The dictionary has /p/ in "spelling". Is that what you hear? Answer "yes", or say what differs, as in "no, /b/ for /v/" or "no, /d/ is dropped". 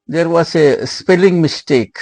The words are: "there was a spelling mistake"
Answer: yes